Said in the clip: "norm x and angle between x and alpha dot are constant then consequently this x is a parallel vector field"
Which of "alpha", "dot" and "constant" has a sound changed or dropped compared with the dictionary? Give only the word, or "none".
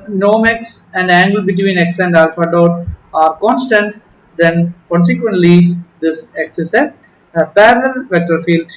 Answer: none